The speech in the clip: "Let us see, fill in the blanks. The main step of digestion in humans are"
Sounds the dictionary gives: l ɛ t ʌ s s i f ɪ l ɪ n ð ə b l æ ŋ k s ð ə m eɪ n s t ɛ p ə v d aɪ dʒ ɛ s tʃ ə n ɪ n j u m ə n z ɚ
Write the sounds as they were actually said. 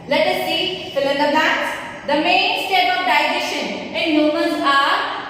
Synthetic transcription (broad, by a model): l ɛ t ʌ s s i f ɪ l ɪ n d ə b æ k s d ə m eɪ n s t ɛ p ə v d aɪ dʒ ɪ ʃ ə n ɪ n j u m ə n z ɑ